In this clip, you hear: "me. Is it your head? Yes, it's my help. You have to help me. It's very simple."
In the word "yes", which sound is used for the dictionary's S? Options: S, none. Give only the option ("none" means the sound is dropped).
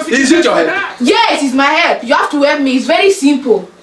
none